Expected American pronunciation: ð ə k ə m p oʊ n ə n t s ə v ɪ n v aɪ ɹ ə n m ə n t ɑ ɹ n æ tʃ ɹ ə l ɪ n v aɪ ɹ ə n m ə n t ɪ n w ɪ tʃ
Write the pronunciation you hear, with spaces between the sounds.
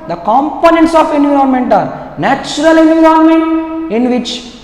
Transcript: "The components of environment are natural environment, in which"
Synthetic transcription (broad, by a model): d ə k ə m p oʊ n ə n t s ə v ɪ n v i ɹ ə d m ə n t ɑ ɹ n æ tʃ ɹ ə l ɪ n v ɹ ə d m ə n t ɪ n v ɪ tʃ